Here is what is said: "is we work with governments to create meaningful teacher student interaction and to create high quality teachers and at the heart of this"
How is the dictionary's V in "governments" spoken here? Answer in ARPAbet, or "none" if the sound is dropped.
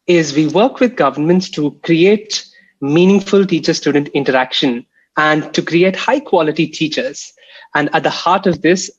V